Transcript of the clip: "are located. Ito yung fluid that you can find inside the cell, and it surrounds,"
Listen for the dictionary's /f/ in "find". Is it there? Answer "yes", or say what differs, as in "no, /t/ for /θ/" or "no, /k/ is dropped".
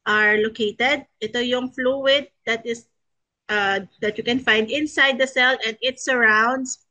yes